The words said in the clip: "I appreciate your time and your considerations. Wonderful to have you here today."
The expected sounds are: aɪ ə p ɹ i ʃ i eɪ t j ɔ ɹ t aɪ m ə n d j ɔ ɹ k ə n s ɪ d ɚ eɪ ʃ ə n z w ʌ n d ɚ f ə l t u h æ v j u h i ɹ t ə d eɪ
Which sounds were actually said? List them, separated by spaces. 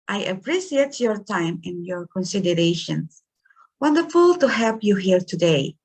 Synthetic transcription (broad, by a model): aɪ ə p ɹ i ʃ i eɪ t j ɔ ɹ t aɪ m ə n j ɔ ɹ k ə n s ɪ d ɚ eɪ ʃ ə n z w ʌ n d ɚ f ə l t u h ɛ p j u h i ɹ t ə d eɪ